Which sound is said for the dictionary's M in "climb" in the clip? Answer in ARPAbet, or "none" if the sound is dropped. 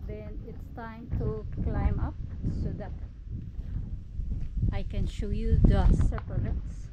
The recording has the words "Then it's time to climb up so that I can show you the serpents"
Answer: M